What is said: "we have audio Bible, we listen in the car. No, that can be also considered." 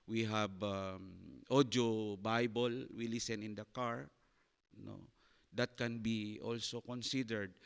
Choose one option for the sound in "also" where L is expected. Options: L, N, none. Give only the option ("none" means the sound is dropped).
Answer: L